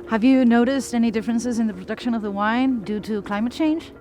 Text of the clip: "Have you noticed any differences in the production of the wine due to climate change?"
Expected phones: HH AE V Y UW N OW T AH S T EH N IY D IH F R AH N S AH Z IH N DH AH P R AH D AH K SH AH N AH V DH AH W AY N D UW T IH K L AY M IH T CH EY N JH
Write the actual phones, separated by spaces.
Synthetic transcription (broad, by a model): HH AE V Y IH N OW T AH S T EH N IY D IH F R AH N S AH Z IH N DH AH P R AH D AH K SH AH N AH V DH AH W AY N D UW T IH K L AY M IH T CH EY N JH